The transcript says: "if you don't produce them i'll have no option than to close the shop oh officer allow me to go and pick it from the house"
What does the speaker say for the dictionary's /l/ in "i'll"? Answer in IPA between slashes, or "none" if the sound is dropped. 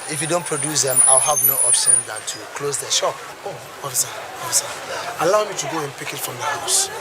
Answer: /l/